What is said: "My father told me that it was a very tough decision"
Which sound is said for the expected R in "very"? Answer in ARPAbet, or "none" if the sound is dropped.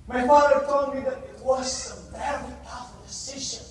L